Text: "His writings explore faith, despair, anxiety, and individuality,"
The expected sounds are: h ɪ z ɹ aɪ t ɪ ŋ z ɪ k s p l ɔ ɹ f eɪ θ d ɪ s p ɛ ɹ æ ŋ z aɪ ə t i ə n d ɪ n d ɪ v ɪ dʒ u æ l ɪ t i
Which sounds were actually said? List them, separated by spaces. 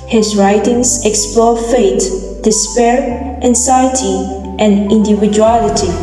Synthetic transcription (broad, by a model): h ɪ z ɹ aɪ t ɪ ŋ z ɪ k s p l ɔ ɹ f eɪ t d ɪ s p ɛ ɹ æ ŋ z aɪ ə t i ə n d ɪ n d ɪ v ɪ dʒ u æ l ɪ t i